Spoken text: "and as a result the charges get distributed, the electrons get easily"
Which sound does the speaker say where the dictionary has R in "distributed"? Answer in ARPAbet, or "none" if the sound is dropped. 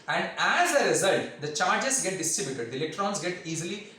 none